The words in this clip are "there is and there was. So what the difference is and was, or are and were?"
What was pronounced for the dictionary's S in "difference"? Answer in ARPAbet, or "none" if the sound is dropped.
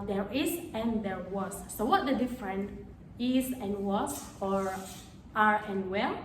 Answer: none